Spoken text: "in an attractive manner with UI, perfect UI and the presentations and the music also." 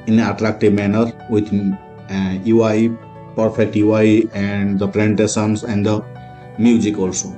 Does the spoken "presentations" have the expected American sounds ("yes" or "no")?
no